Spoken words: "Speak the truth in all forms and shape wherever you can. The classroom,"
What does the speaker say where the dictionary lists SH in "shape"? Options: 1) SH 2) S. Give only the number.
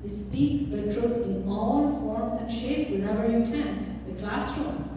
1